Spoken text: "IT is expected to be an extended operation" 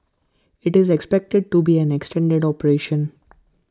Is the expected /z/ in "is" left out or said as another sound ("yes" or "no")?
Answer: no